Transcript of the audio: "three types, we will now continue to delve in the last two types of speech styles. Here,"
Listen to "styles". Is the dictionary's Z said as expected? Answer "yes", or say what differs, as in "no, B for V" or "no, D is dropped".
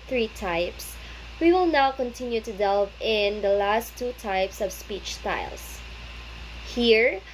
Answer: no, S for Z